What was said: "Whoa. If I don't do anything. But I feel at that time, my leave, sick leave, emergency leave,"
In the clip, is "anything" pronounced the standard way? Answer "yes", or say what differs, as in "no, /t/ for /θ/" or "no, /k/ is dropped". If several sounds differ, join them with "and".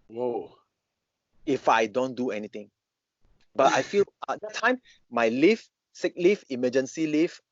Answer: no, /t/ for /θ/